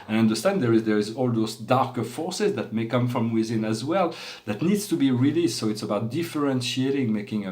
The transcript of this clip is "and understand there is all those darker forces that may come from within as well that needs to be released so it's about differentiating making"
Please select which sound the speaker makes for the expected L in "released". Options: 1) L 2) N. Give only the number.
1